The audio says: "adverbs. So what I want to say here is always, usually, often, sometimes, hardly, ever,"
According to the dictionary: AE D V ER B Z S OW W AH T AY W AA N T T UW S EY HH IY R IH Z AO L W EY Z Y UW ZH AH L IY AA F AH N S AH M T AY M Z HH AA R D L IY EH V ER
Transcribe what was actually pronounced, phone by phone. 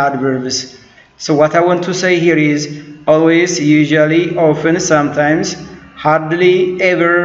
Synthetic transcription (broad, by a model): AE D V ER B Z S OW W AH T AY W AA N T T UW S EY HH IY R IH Z AO L W EY Z Y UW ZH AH L IY AA F AH N S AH M T AY M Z HH AA R D L IY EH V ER